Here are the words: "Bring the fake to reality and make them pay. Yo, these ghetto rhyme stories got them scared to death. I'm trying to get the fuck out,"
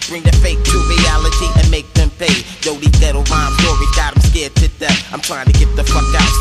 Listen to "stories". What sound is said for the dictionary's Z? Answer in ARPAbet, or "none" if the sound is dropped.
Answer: none